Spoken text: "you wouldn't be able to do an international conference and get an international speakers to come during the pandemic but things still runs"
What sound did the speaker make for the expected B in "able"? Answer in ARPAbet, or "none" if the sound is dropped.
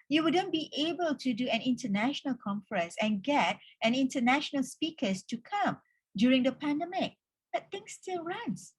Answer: B